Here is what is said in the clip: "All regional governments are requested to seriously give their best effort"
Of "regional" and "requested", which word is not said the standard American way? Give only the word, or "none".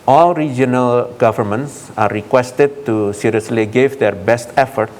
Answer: none